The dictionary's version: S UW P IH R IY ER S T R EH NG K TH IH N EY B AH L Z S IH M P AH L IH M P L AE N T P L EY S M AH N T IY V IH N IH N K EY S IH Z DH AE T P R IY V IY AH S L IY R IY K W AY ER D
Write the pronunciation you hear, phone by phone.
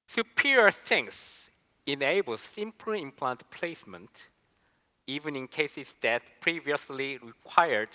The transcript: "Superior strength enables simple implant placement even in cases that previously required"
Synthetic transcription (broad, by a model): S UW P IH R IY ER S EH NG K S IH N EY B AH L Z S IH M P L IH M P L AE N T P L EY S M AH N T IY V IH N IH N K EY S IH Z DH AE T P R IY V IY AH S L IY R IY K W AY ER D